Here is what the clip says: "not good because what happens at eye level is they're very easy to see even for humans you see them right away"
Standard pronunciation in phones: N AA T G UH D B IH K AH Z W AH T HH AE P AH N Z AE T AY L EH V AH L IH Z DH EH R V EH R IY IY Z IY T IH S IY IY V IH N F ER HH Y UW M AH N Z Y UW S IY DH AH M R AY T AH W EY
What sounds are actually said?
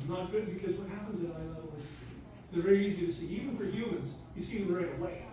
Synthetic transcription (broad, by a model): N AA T G UH D B IH K AH Z W AH T HH AE P AH N Z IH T AY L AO AH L IH Z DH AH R V EH R IY IY Z IY T IH S IY IY V IH N F ER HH Y UW M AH N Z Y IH S IY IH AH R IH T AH W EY